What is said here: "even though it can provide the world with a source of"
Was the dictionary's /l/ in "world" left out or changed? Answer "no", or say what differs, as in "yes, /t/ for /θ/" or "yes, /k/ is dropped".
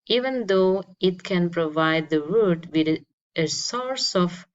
yes, /l/ is dropped